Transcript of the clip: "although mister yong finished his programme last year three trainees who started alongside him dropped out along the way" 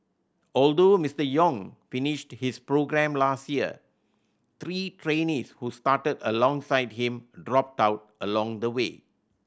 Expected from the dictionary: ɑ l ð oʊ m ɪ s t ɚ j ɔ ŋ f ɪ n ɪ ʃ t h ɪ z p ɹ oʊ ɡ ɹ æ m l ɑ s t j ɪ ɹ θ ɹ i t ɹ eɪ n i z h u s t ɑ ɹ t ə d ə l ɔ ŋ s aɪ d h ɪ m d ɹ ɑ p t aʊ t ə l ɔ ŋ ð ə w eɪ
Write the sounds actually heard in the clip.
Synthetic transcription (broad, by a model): ɑ l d oʊ m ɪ s t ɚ j ɔ ŋ f ɪ n ɪ ʃ t h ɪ s p ɹ oʊ ɡ ɹ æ m l ɑ s t j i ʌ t ɹ i t ɹ eɪ n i s h u s t ɑ t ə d ə l ɔ ŋ s aɪ d h ɪ m d ɹ ɑ p t aʊ t ə l ɔ ŋ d ə w eɪ